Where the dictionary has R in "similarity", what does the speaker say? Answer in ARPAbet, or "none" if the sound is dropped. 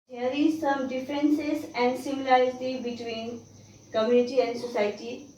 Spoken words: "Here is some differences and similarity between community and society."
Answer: none